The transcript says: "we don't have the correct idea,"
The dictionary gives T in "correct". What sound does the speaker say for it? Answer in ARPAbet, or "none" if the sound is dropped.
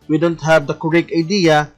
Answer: none